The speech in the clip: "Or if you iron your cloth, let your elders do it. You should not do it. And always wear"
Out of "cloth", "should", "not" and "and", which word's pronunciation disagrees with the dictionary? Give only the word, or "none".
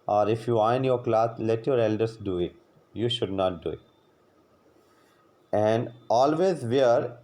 cloth